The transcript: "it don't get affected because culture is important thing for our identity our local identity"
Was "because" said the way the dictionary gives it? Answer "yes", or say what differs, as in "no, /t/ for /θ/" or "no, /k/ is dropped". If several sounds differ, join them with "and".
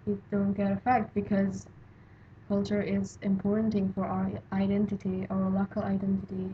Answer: yes